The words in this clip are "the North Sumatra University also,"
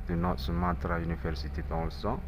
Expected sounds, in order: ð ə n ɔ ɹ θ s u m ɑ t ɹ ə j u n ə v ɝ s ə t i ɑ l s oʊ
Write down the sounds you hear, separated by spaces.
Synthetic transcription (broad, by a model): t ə n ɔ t s u m ɑ t ɹ ə j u n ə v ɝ s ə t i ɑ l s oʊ